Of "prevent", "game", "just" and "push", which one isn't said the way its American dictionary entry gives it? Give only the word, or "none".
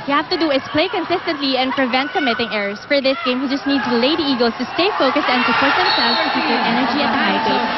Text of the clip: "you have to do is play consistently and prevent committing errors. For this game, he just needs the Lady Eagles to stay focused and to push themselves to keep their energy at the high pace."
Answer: push